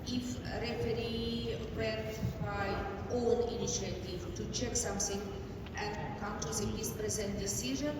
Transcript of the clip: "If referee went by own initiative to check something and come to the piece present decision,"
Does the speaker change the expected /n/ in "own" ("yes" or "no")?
yes